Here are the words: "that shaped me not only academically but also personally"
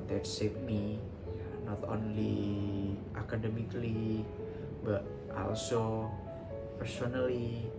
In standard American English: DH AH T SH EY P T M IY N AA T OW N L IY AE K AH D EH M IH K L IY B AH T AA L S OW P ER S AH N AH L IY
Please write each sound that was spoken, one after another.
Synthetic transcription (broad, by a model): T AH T S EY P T M IY N AA T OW N L IY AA K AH D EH M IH K L IY B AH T AA L S OW P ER S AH N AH L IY